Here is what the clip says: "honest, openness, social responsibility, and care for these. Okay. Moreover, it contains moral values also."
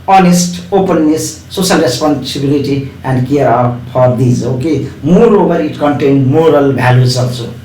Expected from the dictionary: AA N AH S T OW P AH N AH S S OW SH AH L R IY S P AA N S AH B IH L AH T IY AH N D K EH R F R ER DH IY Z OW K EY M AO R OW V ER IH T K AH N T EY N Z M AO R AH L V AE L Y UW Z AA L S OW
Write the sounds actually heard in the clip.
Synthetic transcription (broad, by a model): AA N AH S T OW P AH N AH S S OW S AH L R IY S P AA N S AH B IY L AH T IY AH N D K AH R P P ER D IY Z OW K EY M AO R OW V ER IH T K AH N T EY N M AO R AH L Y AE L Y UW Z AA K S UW